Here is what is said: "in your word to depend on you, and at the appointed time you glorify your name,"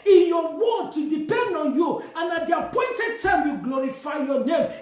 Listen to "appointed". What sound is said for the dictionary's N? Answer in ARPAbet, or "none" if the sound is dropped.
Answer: N